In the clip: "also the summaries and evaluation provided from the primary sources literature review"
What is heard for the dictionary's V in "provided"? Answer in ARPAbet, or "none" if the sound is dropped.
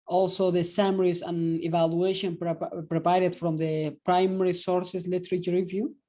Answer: P